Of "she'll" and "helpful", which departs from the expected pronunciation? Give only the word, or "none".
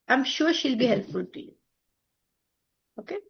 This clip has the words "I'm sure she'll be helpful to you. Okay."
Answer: helpful